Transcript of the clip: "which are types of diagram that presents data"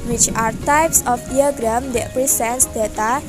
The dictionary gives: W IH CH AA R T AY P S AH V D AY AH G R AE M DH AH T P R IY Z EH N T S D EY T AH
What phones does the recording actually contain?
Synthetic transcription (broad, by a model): W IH CH AA R T AY P S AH F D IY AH G R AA M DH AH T P R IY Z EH N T S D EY T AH